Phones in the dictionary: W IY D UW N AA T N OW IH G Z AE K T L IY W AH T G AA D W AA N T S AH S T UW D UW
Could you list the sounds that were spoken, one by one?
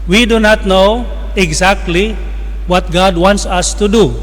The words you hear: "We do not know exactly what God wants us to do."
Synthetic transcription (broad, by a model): W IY D UW N AA T N OW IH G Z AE K T L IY W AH T G AA D W AA N T S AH S T UW D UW